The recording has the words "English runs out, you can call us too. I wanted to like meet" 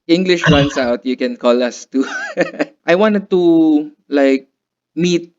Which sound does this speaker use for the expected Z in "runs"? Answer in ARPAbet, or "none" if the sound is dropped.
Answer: S